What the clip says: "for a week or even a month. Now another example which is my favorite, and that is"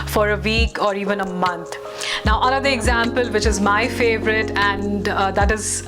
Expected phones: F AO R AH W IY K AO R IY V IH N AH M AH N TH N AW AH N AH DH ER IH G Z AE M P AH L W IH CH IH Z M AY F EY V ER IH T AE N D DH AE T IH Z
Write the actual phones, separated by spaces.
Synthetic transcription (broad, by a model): F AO R AH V IY K AO R IY V IH N AH M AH N T N AW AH L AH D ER IH G Z AE M P AH L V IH CH IH Z M AY F EY V ER IH T AE N D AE T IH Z